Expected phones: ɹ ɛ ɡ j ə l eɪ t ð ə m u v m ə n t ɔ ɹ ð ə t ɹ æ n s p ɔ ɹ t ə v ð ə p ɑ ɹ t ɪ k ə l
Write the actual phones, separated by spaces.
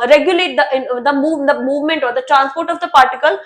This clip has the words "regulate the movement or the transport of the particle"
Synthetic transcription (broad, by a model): ɹ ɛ ɡ j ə l eɪ t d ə m u v m ə n t ɔ ɹ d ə t ɹ æ n s p ɔ ɹ t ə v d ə p ɑ ɹ t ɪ k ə l